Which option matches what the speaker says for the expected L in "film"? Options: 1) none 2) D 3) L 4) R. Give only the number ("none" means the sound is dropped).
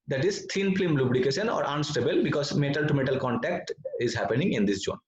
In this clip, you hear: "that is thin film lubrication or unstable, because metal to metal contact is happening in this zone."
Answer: 1